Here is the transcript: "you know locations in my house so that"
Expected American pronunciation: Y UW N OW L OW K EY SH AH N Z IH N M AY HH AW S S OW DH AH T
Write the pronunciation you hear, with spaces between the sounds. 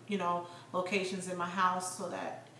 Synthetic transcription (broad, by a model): Y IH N OW L OW K EY SH AH N Z IH N M AY HH AW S S OW DH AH T